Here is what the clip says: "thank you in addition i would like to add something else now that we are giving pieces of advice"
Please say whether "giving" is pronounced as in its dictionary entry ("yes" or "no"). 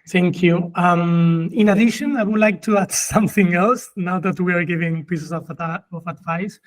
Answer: yes